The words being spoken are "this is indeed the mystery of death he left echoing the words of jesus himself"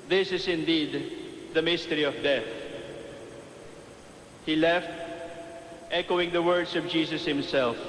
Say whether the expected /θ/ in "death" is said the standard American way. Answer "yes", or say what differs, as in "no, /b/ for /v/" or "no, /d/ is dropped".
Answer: yes